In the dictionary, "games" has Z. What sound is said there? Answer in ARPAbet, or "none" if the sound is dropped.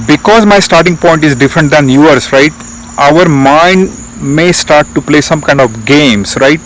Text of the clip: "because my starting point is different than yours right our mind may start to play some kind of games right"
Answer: S